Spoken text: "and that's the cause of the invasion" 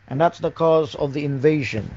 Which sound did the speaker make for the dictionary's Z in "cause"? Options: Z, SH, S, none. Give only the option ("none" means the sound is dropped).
Z